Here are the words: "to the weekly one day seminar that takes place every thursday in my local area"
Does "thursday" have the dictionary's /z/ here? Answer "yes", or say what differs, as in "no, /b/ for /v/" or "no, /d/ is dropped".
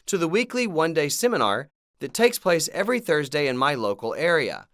yes